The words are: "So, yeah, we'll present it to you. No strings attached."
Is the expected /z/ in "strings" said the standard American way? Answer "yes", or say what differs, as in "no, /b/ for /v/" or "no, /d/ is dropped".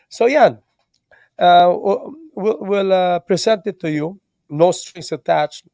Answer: no, /s/ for /z/